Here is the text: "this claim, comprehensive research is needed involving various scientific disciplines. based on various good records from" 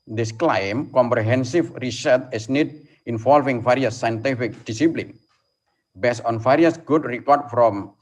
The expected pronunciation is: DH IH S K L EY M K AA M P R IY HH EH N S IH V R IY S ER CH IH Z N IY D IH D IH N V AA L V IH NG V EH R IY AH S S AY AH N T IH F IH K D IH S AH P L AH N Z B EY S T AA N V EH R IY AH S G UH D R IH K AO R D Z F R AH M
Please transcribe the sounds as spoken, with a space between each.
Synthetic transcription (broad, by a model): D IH S K L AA M K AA M P R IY HH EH N S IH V R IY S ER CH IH S N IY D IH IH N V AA L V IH NG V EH R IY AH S S AY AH N T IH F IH K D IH S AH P L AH N B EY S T AA N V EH R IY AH S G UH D R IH K AO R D F R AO M